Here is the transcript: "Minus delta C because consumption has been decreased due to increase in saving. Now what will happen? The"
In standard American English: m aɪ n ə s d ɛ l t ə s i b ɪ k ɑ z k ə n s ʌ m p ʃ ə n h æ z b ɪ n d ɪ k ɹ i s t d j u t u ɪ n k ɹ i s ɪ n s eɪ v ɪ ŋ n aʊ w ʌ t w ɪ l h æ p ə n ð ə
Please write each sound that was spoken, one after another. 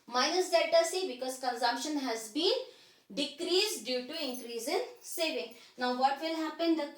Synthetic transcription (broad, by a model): m aɪ n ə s d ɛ t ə s i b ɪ k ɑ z k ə n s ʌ m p ʃ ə n h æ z b ɪ n d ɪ k ɹ i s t d j u t u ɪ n k ɹ i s ɪ n s eɪ v ɪ ŋ n aʊ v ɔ t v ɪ l h æ p ə n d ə